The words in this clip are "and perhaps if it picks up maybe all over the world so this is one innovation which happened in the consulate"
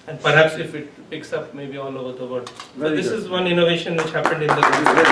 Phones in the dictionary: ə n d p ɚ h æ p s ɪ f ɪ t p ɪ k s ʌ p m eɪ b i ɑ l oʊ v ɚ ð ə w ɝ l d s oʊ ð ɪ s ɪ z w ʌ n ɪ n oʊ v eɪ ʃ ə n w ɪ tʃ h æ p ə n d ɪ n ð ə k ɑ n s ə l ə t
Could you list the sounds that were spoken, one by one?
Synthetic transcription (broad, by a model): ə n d p ɚ h æ p s ɪ f ɪ t p ɪ k s ʌ p m eɪ b i ɑ l oʊ v ɚ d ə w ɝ d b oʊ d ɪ s ɪ z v ʌ n ɪ n oʊ v eɪ ʃ ə n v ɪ tʃ h æ p ə n d ɪ n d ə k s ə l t